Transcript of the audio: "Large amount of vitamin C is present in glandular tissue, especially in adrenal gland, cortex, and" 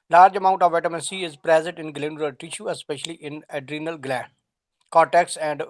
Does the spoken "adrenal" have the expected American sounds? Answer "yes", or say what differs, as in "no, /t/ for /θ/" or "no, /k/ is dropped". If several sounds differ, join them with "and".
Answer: yes